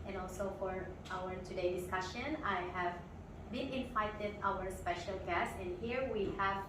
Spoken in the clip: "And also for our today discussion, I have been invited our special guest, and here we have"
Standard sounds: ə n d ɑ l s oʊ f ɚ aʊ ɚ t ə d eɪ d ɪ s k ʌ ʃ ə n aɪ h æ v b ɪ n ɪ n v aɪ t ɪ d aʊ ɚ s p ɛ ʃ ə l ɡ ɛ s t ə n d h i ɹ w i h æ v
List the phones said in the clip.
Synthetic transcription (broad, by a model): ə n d ɑ l s oʊ f ɚ aʊ ɚ t ə d eɪ d ɪ s k ʌ ʃ ə n aɪ h æ v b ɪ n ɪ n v aɪ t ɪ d aʊ ɚ s p ɛ ʃ ə l ɡ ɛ s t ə n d h i ɹ w i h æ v